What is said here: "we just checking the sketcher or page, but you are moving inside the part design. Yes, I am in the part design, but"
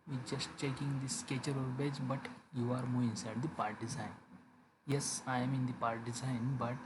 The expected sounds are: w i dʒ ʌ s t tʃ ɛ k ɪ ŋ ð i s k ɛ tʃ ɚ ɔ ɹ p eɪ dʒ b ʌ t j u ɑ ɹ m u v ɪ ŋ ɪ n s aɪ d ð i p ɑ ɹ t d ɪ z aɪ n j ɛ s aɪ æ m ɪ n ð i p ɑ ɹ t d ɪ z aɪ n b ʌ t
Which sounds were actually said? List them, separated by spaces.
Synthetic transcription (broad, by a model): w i dʒ ʌ s t tʃ ɛ k ɪ ŋ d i s k ɛ tʃ ɚ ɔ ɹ b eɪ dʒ b ʌ t j u ɑ ɹ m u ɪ ɪ n s aɪ d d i p ɑ ɹ t d ɪ z aɪ n j ɛ s aɪ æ m ɪ n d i p ɑ ɹ t d ɪ z aɪ n b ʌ t